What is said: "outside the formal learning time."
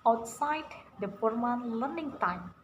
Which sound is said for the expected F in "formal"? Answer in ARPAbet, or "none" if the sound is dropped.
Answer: P